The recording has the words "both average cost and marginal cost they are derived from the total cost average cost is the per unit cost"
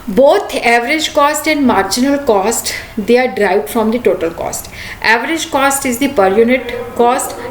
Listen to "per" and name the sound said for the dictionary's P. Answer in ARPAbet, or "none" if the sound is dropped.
P